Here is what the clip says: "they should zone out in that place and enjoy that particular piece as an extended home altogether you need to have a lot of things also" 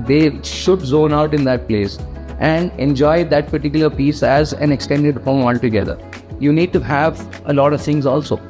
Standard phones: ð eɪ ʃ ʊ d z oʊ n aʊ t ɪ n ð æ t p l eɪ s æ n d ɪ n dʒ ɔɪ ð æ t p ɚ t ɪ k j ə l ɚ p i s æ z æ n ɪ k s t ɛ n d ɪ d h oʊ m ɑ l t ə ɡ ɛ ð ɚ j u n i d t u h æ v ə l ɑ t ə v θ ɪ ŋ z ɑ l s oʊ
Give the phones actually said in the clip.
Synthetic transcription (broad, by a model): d eɪ ʃ ʊ d z oʊ n aʊ t ɪ n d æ t p l eɪ s æ n d ɪ n dʒ ɔɪ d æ t p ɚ t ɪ k j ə l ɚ p i s æ z æ n ɪ k s t ɛ n d ɪ d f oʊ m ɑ l t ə ɡ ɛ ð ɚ j u n i d t u h æ v ə l ɑ t ə v t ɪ ŋ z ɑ l s oʊ